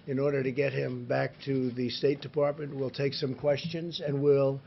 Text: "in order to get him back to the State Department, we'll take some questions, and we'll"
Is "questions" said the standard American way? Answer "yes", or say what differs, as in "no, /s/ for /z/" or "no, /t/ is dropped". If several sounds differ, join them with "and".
yes